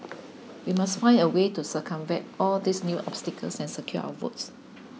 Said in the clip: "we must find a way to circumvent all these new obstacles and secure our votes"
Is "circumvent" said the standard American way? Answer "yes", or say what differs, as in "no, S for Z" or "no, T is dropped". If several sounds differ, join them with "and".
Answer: no, N is dropped